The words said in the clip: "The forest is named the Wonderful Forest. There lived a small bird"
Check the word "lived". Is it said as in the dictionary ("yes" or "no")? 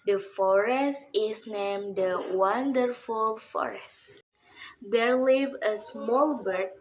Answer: no